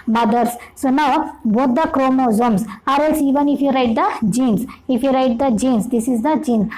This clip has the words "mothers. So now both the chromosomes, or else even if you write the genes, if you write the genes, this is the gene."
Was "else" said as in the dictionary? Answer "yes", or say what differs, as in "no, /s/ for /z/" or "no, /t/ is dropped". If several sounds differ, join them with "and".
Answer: no, /l/ is dropped